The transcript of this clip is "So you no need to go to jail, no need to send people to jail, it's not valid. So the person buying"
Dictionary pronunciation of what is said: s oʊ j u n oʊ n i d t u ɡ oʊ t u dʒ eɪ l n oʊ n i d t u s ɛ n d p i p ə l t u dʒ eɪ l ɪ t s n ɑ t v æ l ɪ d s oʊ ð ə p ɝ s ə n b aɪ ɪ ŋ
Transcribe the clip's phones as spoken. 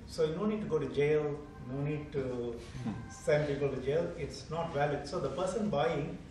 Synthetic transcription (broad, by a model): s oʊ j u n oʊ n i d t u ɡ oʊ t u dʒ eɪ l n oʊ n i d t u s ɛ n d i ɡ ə t u dʒ eɪ l ɪ t s n ɑ t v æ l ɪ d s oʊ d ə p ɝ s ə n b aɪ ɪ ŋ